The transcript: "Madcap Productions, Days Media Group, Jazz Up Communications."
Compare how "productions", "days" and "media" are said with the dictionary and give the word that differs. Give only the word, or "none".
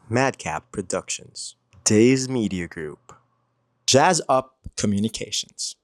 none